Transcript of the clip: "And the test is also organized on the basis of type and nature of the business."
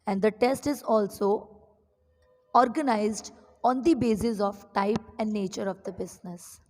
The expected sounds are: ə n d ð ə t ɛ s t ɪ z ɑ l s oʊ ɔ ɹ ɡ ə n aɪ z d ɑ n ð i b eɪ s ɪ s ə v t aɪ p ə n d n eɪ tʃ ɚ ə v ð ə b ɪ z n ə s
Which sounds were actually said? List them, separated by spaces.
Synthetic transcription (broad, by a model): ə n d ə t ɛ s t ɪ z ɑ l s oʊ ɔ ɹ ɡ ə n aɪ z d ɑ n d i b eɪ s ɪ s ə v t aɪ p ə n d n eɪ tʃ ɚ ə v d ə b ɪ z n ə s